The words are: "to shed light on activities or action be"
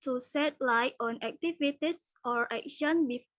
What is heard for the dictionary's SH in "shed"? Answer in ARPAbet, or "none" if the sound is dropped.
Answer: S